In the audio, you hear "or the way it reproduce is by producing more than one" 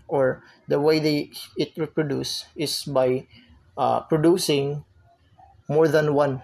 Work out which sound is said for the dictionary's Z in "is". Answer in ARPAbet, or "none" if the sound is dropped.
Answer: S